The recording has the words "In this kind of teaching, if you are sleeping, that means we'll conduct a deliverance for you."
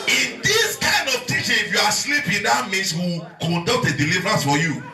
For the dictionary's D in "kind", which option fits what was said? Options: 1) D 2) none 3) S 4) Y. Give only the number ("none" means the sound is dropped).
1